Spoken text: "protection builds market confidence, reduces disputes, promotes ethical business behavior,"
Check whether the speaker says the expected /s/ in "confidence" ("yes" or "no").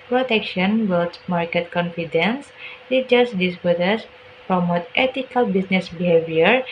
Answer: yes